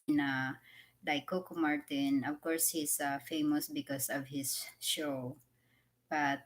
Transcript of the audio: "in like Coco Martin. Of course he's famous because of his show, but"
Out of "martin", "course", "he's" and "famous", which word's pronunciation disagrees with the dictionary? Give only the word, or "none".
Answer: he's